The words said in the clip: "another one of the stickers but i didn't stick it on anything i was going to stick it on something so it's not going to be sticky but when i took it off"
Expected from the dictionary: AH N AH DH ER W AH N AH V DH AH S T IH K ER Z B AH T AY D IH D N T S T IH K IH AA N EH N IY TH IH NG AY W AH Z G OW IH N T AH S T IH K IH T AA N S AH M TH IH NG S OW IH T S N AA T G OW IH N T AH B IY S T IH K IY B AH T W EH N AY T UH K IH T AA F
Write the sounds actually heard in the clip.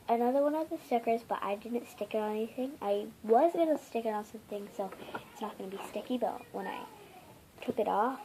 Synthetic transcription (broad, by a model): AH N AH DH ER W AH N AH V DH AH S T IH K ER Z B AH T AY D IH D N T S T IH K IH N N EH N IY TH IH NG AY W AH Z G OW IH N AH S T IH K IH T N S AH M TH IH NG S OW IH T S N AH T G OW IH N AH B IY S T IH K IY B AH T W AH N AY T UH K IH T AA F